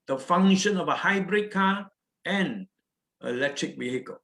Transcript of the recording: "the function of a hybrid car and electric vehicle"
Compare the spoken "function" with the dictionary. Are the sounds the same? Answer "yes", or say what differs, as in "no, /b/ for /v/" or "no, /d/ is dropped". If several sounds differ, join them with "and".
no, /k/ is dropped